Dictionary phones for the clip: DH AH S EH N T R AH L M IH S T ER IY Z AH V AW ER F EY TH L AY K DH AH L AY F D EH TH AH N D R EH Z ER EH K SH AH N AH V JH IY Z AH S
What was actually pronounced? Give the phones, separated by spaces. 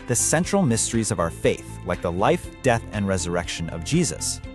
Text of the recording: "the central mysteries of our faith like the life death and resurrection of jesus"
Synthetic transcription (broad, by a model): DH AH S EH N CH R L M IH S T ER IY Z AH V AW ER F EY TH L AY K DH AH L AY F D EH TH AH N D R EH Z ER EH K SH AH N AH V JH IY Z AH S